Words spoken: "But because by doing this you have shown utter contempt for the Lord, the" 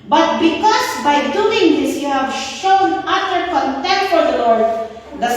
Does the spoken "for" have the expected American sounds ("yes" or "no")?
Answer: no